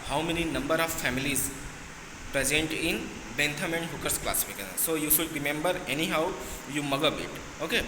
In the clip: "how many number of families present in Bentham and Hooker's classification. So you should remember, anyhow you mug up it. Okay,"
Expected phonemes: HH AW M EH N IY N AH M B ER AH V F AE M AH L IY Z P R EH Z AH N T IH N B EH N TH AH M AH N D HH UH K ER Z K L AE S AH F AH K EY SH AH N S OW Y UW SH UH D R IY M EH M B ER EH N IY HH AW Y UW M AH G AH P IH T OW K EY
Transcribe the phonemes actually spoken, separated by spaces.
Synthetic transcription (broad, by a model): HH AW M EH N IY N AH M B ER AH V F AE M AH L IY Z P R EH Z AH N T IH N B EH N T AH M AH N D HH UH K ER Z K L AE S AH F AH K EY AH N S OW Y UW SH UH D R IY M EH M B ER EH N IY HH AW Y UW M AH G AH B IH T OW K EY